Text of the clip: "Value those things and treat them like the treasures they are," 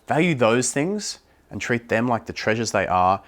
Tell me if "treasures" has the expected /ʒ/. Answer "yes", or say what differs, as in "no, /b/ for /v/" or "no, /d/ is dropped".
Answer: yes